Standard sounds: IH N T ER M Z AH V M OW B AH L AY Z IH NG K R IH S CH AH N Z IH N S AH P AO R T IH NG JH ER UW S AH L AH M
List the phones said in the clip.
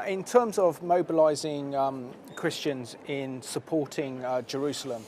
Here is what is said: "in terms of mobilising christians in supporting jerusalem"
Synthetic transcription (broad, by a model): IH N T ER M Z AH V M OW B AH L AY Z IH NG K R IH S CH AH N Z IH N S AH P AO T IH NG JH ER UW S AH L AH M